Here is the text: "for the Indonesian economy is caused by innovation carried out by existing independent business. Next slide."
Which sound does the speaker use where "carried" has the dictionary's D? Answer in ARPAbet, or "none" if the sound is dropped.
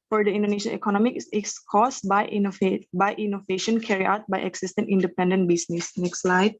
none